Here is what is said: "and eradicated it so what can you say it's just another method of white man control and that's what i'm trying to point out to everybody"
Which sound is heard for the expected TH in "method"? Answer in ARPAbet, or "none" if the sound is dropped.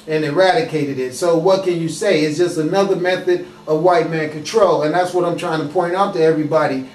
TH